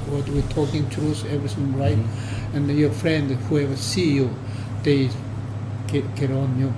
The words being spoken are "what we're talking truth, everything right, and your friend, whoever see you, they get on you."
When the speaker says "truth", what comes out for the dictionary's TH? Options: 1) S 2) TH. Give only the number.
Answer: 1